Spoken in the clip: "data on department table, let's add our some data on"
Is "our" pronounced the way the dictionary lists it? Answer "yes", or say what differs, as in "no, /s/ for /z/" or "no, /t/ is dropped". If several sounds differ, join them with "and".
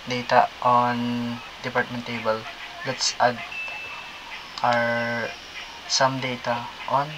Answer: yes